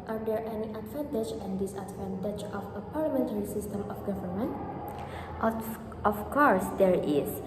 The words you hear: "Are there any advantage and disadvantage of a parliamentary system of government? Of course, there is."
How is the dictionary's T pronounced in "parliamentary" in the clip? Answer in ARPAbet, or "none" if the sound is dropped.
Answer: T